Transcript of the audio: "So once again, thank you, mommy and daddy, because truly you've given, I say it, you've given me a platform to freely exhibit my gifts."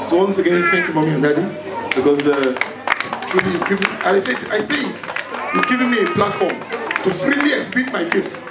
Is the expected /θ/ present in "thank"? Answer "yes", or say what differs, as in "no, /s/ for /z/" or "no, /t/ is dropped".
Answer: no, /f/ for /θ/